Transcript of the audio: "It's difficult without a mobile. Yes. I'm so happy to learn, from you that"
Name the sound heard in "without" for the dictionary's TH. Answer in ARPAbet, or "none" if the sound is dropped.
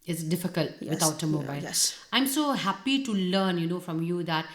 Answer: T